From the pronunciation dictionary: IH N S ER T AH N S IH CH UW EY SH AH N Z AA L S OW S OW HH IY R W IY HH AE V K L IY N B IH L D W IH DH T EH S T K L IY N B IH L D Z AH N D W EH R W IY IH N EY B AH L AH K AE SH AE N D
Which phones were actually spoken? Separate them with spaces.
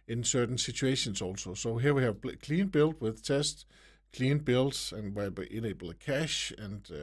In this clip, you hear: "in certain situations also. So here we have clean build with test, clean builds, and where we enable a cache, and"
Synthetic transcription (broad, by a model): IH N S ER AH N S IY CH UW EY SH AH N S AA L S OW S OW HH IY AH W IY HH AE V K L IY N B IH L D W IH DH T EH S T K L IY N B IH L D AH N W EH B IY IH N EY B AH L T K AE SH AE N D